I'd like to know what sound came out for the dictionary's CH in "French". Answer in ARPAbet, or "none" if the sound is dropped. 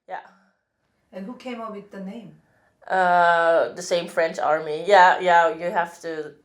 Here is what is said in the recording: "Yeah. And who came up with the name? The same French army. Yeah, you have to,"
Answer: CH